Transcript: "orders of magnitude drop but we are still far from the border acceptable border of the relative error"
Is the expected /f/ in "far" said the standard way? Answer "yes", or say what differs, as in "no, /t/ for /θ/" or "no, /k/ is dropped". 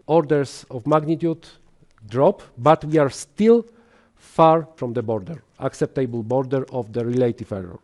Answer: yes